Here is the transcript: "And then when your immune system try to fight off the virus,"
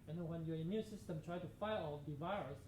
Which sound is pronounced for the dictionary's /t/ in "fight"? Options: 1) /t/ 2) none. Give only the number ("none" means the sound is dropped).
2